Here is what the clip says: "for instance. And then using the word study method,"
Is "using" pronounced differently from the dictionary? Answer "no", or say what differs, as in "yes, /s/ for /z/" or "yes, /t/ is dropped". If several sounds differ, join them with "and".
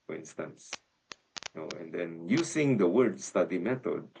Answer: yes, /s/ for /z/